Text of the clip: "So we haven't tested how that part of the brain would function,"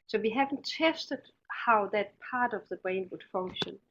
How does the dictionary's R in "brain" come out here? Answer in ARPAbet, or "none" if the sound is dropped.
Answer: R